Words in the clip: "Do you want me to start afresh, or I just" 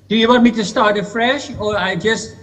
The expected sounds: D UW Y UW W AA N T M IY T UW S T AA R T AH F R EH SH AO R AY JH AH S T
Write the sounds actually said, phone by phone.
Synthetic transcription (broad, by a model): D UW Y UW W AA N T M IY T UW S T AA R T AH F R EH SH AO R AY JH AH S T